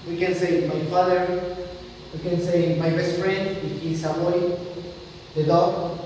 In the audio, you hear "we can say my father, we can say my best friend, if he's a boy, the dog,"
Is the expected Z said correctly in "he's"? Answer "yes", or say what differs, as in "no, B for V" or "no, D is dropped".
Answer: no, S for Z